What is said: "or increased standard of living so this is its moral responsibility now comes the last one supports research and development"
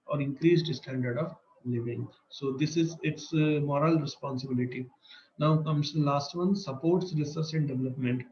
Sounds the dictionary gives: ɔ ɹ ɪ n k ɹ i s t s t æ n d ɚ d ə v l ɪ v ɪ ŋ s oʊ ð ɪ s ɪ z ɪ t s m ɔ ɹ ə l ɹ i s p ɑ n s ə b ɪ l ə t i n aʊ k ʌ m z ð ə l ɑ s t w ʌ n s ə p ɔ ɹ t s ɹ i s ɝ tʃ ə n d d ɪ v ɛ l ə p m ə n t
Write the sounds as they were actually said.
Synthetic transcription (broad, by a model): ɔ ɹ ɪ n k ɹ i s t s t æ n d ɚ d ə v l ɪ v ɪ ŋ s oʊ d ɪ s ɪ z ɪ t s m ɔ ɹ ə l ɹ i s p ɑ n s ə b ɪ l ə t i n aʊ k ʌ m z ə l ɑ s t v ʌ n s ə p ɔ ɹ t s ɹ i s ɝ s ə n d d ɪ v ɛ l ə p m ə n t